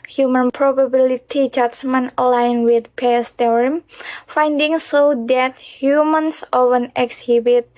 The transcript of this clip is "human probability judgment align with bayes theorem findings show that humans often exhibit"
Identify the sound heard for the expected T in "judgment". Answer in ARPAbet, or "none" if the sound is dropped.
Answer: none